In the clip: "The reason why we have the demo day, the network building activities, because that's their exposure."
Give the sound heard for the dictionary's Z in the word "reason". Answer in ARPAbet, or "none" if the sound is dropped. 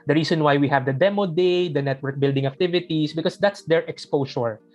S